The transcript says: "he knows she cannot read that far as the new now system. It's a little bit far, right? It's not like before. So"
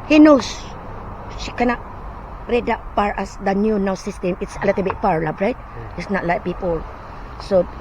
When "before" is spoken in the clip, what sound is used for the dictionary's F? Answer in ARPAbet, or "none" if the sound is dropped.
P